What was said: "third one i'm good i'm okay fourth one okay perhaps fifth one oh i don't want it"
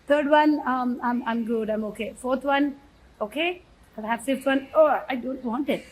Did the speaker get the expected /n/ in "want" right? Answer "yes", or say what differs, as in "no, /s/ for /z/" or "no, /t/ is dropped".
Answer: yes